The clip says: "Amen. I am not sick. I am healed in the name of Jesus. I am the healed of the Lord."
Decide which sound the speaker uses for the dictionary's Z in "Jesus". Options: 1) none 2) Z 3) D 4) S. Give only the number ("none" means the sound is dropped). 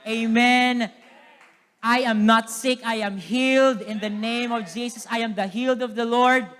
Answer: 4